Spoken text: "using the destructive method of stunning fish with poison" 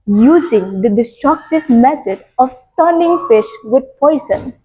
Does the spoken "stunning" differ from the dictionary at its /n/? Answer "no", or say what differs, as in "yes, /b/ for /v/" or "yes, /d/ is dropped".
yes, /l/ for /n/